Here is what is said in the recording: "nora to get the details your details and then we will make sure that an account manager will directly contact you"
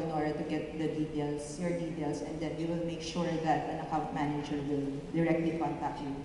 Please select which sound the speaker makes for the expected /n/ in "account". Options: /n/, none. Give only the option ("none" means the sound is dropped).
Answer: none